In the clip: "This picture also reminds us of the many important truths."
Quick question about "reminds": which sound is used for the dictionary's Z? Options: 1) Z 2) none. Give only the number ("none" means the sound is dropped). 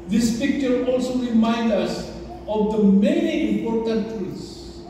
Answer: 2